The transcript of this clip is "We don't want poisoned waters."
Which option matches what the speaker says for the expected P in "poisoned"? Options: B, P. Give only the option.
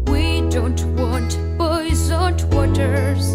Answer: B